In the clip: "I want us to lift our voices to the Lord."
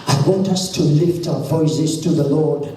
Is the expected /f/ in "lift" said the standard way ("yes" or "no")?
yes